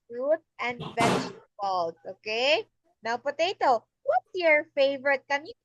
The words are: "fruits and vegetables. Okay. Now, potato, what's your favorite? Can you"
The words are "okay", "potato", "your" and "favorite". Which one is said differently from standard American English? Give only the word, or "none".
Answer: none